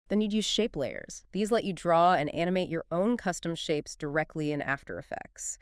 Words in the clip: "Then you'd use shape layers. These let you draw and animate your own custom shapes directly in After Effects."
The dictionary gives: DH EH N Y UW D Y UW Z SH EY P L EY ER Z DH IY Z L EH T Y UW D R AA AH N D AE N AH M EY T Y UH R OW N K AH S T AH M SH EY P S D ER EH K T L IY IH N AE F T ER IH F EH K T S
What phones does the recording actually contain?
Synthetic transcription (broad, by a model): DH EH N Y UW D Y UW Z SH EY P L EY ER Z DH IY Z L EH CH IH D R AA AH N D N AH M EY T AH R OW N K AH S T AH M SH EY P S D ER EH K T L IY IH N AE F T ER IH F EH K T S